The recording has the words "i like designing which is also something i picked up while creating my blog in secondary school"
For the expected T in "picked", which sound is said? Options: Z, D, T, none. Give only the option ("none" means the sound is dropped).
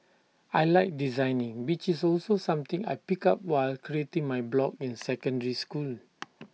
none